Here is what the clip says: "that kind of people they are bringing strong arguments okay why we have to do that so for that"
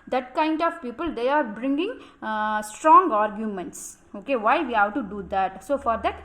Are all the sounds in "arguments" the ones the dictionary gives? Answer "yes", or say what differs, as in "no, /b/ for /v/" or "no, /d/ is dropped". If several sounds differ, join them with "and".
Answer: yes